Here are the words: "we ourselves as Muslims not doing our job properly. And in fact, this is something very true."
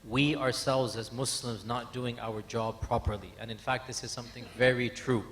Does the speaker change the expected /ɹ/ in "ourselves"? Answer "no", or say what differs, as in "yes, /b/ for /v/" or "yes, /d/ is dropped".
no